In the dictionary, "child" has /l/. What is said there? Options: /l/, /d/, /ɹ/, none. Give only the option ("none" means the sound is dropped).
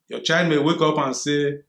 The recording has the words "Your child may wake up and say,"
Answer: none